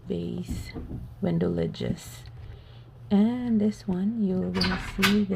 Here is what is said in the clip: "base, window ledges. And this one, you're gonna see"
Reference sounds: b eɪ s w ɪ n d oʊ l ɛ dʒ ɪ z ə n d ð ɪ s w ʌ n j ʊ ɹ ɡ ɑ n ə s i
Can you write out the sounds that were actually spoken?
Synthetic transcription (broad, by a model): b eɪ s w ɪ n d oʊ l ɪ dʒ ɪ s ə n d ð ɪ s w ʌ n j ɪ l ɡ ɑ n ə s i